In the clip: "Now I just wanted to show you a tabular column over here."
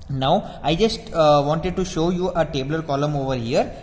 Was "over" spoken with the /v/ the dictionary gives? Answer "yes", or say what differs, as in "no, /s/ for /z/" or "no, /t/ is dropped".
yes